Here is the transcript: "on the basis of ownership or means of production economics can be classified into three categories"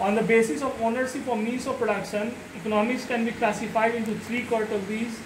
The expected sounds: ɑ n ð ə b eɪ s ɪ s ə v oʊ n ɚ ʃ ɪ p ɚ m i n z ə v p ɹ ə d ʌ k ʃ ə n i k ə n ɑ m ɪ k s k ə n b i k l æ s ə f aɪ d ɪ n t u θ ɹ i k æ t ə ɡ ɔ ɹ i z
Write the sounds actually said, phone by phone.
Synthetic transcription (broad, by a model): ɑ n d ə b eɪ s ɪ s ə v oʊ n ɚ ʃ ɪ f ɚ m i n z ə v p ɹ ə d ʌ k ʃ ə n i k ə n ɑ m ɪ k s k ə n b i k l æ s ə f aɪ d ɪ n t u t ɹ i k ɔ t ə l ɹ i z